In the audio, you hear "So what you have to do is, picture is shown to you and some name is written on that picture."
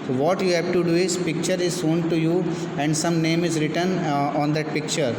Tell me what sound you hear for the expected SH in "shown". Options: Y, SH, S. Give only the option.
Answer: S